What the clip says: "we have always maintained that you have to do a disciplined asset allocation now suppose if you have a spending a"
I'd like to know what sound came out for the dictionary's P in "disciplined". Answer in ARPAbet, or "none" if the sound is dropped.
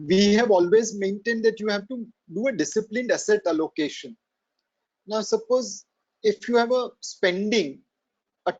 P